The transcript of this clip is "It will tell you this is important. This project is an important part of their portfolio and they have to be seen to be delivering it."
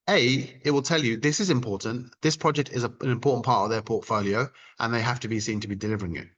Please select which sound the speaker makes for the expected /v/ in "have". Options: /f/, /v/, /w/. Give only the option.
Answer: /f/